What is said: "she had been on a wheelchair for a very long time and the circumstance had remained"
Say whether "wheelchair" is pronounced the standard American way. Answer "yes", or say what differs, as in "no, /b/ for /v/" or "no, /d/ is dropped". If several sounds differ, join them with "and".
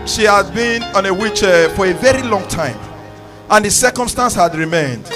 no, /l/ is dropped